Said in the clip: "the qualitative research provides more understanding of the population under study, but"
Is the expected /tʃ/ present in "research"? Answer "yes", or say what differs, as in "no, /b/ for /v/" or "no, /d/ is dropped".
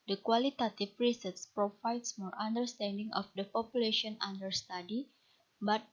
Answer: no, /s/ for /tʃ/